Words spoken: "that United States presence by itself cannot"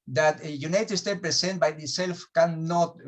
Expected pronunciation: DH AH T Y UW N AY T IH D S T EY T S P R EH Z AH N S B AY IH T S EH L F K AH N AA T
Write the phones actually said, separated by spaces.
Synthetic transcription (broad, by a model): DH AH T Y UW N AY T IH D S T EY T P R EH S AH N B AY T S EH L F K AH N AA T